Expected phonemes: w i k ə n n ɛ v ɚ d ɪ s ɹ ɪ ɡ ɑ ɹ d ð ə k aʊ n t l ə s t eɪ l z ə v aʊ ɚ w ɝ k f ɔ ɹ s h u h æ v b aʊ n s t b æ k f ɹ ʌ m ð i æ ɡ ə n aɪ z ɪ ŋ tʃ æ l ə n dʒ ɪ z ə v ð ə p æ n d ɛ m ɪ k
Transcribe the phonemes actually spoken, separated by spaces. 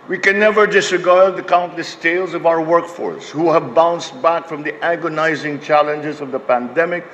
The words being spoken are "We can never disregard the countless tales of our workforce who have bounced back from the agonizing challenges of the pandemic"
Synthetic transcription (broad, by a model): w i k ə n n ɛ v ɚ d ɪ s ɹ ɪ ɡ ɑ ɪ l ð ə k aʊ n t l ə s t eɪ l z ə v aʊ ɚ w ɝ k f ɔ ɹ s h u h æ v b aʊ n s t b æ k f ɹ ʌ m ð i æ ɡ ə n aɪ z ɪ ŋ tʃ æ l ə n dʒ ɪ z ə v ð ə p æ n d ɛ m ɪ k